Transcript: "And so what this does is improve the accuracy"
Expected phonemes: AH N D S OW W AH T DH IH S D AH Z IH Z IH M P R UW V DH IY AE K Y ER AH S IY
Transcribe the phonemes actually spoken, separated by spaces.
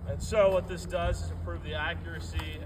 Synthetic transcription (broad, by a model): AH N S OW W AH T DH IH S D AH Z IH Z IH P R UW V DH IY AE K Y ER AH S IY